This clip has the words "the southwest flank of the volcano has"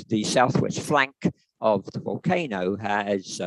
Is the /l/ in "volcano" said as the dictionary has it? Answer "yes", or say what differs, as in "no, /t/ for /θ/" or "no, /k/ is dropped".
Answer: yes